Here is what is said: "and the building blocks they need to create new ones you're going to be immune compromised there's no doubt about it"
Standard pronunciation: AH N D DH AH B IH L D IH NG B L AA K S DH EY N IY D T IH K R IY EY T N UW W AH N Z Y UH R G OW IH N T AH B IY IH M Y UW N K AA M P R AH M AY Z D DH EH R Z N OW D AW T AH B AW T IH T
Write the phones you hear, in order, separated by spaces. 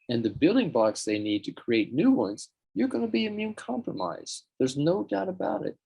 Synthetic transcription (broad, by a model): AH N DH AH B IH L D IH NG B AA K S DH EY N IY D T IH K R IY EY T N UW W AH N Z Y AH R G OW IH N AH B IY IH M Y UW N K AA M P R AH M AY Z DH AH R Z N OW D AW T AH B AW T IH T